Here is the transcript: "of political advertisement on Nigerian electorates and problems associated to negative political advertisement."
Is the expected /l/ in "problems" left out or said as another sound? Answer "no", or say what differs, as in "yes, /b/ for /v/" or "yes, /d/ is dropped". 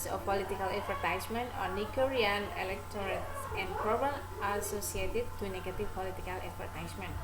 yes, /l/ is dropped